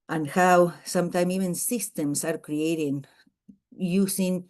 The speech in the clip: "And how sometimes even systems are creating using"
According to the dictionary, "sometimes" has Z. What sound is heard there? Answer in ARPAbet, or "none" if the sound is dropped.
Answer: none